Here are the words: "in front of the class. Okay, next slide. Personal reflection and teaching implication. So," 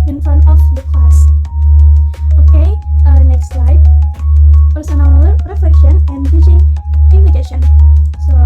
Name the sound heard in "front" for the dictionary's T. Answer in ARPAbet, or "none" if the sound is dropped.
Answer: none